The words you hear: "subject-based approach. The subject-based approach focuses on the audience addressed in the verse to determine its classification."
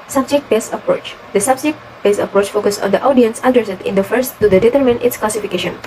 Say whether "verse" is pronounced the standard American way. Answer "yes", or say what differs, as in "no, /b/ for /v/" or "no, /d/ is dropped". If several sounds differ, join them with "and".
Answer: no, /f/ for /v/